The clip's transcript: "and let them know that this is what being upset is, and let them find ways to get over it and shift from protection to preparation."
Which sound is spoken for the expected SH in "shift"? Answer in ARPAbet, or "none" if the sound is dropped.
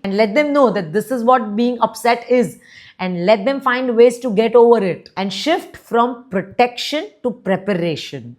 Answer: SH